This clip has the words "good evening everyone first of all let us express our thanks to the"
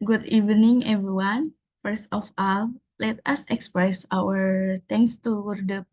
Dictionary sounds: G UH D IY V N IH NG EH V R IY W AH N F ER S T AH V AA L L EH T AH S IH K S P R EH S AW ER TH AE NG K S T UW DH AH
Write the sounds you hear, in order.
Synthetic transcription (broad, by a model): G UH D IY V N IH NG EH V R IY W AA N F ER S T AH F AA L L EH T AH S IH K S P R EH S AW ER T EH NG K S T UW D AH